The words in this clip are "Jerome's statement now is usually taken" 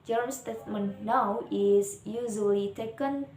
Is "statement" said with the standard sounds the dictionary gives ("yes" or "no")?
yes